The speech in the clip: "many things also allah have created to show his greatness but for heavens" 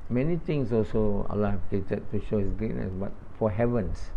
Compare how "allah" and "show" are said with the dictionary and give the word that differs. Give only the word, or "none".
none